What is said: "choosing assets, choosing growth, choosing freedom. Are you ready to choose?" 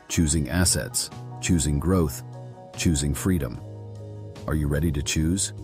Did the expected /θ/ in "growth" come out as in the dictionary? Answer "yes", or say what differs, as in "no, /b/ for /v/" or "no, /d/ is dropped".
yes